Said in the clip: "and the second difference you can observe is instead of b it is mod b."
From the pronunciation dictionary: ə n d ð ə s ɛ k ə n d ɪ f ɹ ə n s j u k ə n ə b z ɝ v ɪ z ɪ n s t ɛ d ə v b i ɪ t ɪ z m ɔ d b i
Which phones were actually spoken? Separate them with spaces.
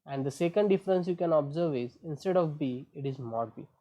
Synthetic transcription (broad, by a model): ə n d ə s ɛ k ə n d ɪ f ɹ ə n s j u k ə n ə b z ɝ v ɪ z ɪ n s t ɛ d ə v b i ɪ t ɪ z m ɔ d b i